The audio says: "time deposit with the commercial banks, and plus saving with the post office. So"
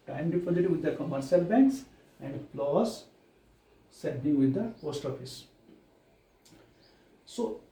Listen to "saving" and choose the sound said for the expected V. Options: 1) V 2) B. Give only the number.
2